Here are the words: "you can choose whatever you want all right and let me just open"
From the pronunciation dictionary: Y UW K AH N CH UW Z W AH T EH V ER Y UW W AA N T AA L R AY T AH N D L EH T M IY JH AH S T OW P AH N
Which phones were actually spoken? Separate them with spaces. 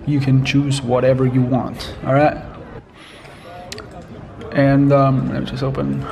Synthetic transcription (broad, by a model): Y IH K AH N CH UW Z W AH T EH V ER Y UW W AA N T AA L R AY T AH N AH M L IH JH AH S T OW P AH N